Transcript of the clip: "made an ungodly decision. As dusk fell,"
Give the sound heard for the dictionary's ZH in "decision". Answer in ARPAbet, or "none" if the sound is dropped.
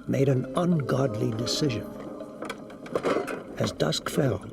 ZH